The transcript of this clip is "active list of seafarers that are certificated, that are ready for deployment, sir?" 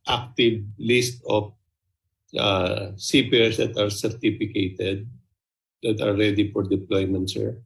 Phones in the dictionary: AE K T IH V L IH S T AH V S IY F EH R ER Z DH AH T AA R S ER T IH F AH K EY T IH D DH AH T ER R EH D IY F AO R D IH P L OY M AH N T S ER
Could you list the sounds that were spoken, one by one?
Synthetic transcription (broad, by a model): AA K T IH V L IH S T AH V S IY P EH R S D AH T AA R S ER T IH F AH K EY T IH D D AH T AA R EH D IY F AO R D IH P L OY M AH N T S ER